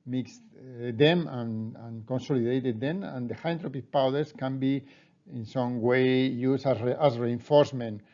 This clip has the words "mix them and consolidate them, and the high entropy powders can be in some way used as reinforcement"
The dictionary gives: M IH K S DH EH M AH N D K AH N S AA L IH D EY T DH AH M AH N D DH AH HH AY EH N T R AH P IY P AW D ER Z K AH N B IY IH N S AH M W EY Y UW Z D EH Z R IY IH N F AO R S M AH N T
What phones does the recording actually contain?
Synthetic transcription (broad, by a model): M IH K S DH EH M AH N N K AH N S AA L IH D EY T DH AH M AH N D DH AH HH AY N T R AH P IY P AW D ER S K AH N B IY IH N S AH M W EY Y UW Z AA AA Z R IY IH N F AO R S M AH N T